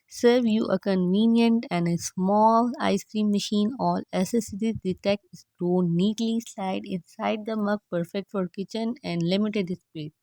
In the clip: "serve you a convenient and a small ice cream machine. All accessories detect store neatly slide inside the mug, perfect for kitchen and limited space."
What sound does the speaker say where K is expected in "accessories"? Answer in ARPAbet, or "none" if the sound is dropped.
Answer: none